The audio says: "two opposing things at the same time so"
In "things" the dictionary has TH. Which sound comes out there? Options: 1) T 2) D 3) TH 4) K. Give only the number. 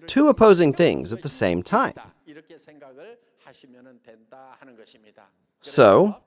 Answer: 3